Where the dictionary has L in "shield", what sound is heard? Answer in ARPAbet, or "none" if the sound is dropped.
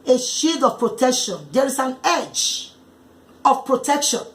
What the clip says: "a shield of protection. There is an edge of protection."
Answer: none